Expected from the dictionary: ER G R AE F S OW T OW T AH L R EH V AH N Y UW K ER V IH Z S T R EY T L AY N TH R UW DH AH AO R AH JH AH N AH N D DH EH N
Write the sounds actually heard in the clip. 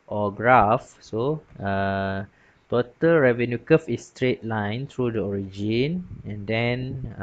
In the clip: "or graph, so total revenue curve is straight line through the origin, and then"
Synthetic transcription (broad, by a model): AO G R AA F S OW T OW T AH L R EH V AH N Y UW K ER F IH S T R EY T L AY N T R UW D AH AO R AH JH AH N AH N D EH N